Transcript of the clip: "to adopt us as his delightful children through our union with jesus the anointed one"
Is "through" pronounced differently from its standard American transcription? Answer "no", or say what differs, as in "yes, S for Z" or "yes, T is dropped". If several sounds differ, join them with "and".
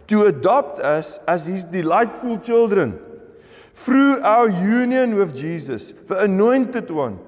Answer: yes, F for TH